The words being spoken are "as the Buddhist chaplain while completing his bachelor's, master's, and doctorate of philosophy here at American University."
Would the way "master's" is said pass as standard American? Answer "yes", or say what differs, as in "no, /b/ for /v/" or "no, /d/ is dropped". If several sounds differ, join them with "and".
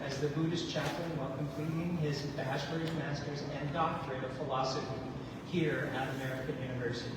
yes